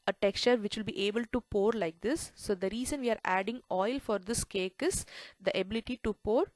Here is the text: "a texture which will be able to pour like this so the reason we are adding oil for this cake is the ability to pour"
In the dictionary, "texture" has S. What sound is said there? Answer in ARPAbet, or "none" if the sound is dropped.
S